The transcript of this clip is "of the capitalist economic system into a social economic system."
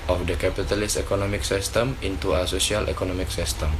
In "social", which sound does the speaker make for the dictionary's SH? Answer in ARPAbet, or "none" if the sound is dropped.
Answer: S